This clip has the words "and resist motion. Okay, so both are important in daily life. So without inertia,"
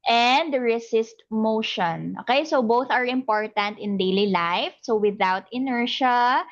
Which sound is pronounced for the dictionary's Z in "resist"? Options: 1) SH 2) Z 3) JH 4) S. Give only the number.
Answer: 4